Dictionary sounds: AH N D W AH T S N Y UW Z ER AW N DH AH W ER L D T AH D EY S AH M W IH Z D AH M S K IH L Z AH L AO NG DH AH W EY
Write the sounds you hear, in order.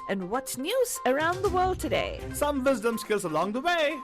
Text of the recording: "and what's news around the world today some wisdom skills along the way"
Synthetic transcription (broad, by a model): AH N W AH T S N Y UW Z ER AW N DH AH W ER L D T AH D EY S AH M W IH Z D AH M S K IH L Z AH L AO NG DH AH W EY